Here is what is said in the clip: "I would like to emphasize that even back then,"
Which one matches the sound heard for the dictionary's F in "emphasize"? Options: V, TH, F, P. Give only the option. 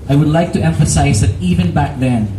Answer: F